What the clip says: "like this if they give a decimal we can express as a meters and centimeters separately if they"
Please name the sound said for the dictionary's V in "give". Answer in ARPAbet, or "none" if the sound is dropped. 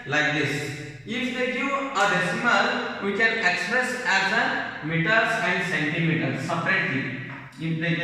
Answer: none